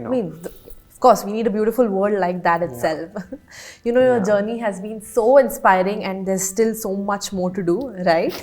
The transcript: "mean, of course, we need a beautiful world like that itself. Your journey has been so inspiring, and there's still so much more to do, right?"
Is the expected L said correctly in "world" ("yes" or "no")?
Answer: no